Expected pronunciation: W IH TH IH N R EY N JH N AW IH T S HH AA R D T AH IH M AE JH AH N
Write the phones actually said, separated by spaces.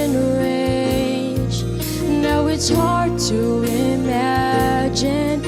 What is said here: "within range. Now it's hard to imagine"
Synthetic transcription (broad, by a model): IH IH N R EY JH N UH IH T S HH AA R D T AH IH M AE JH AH N